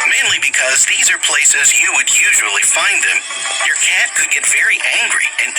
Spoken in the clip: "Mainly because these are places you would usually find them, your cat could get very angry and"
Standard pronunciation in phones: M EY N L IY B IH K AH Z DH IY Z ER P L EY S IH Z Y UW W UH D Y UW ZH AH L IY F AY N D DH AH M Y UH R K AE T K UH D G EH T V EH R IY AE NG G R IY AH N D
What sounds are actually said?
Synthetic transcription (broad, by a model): M EY N L IY B IH K AH Z DH IY Z ER P L EY S IH Z Y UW W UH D Y UW ZH AH L IY F AY N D DH AH M Y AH R K AE T K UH D G EH T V EH R IY AE NG G R IY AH N